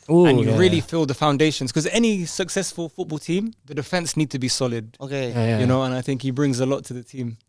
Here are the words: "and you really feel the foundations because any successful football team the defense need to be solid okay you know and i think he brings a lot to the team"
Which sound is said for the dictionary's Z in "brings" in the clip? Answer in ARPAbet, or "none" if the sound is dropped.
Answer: Z